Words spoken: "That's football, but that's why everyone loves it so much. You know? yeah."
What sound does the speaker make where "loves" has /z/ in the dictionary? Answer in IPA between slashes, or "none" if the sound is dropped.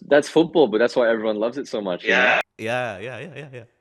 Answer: /z/